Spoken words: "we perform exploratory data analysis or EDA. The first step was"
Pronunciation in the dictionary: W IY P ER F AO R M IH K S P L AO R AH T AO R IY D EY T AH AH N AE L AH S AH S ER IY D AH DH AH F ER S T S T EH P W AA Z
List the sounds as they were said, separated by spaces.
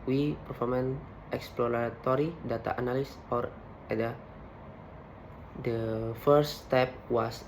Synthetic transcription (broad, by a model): W IY P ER F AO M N IH K S P L AO R AH T AO R IY D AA T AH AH N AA L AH S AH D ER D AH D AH F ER T S T EH P W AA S